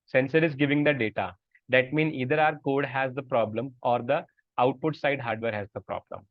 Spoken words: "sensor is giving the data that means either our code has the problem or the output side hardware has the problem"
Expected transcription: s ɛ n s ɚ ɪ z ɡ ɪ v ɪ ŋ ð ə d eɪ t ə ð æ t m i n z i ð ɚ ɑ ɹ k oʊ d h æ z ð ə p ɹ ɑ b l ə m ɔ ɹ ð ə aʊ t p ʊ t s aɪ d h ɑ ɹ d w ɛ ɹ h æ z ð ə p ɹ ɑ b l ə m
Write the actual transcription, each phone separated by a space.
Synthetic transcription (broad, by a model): s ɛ n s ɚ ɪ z ɡ ɪ v ɪ ŋ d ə d eɪ t ə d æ t m i n i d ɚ ɑ ɹ k oʊ d h æ z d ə p ɹ ɑ b l ə m ɔ ɹ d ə aʊ t p ʊ t s aɪ d h ɑ ɹ d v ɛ ɹ h æ z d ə p ɹ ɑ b l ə m